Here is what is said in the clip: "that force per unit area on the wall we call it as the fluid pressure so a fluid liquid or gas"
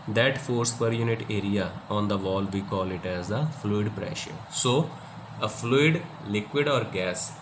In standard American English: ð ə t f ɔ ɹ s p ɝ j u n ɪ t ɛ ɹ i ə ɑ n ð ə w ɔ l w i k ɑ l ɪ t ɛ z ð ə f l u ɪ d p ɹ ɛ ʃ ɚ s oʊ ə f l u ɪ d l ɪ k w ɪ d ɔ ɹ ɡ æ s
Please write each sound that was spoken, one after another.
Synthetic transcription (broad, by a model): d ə t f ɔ ɹ s p ɝ j u n ɪ t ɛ ɹ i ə ɑ n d ə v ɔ l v i k ɑ l ɪ t ɛ z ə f l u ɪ d p ɹ ɛ ʃ ɚ s oʊ ə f l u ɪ d l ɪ k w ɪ d ɔ ɹ ɡ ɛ s